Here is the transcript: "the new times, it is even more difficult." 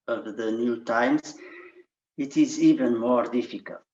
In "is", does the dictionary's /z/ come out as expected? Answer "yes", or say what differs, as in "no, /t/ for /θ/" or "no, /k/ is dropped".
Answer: yes